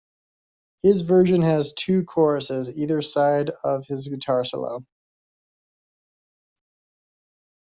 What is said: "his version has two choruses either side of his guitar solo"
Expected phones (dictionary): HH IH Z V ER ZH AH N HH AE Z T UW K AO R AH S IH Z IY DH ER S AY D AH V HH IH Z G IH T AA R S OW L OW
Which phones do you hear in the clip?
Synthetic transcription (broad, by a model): HH IH Z V ER ZH AH N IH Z T UW K AO R AH S IH Z IY DH ER S AY D AH V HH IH Z G IH T AA R S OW L OW